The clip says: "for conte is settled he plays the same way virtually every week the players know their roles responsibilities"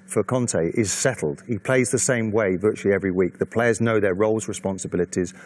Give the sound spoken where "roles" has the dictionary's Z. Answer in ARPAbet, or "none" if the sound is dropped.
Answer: Z